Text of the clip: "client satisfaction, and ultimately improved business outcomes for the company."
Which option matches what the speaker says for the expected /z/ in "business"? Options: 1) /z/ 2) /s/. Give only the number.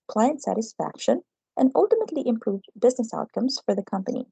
1